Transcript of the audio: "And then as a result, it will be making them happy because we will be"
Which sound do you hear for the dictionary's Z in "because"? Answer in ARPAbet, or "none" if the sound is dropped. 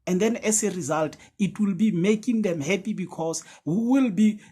S